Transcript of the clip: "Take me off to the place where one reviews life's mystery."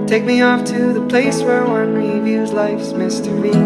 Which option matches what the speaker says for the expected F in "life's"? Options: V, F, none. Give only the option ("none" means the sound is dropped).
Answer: F